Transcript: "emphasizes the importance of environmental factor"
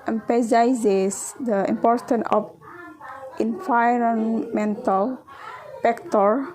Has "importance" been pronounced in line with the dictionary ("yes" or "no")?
no